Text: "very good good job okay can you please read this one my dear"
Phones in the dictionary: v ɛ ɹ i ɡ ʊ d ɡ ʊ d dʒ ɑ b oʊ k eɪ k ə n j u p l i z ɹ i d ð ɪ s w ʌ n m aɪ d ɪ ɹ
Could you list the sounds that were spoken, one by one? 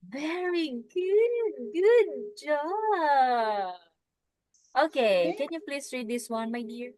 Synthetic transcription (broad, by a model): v ɛ ɹ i ɡ ʊ d ɡ ʊ d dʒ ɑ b oʊ k eɪ k ə n j u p l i s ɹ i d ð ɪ s w ʌ n m aɪ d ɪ ɹ